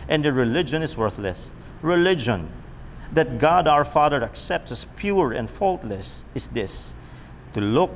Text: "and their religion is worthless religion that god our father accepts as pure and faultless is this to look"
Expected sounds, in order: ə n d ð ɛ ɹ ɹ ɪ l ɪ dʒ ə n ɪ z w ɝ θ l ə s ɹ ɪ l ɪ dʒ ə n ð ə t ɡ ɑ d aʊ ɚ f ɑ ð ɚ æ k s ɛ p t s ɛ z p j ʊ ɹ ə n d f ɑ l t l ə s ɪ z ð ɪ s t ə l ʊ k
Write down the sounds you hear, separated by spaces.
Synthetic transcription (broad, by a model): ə n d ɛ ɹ ɹ ɪ l ɪ dʒ ə n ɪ s w ɝ θ l ə s ɹ ɪ l ɪ dʒ ə n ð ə t ɡ ɑ d aʊ ɚ f ɑ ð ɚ æ k s ɛ p t s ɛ s p j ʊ ɹ ə n d f ɑ l t l ə s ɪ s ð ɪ s t ə l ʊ k